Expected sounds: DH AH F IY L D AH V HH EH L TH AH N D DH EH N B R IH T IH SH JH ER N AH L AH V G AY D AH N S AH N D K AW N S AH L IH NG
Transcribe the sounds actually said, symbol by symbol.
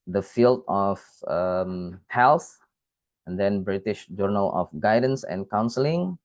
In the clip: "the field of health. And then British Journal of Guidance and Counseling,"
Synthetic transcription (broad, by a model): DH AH F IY L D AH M HH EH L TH AH N D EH N B R IH T IH SH JH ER N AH L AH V G AY D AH N S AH N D K AW N S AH L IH NG